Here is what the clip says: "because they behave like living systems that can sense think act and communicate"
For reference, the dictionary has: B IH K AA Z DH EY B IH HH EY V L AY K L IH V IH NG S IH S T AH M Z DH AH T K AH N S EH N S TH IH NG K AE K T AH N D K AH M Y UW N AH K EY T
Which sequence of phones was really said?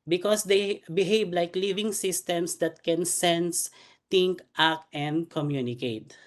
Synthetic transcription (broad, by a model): B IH K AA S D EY B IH HH EY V L AY K L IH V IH NG S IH S T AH M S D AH T K AH N S EH N S T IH NG K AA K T AH N D K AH M Y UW N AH K EY T